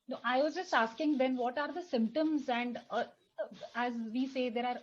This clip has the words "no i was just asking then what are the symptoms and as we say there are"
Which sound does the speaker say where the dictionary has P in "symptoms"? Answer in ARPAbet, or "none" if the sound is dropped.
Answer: P